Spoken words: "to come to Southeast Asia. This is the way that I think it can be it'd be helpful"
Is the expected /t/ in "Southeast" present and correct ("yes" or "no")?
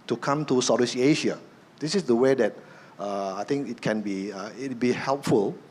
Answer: no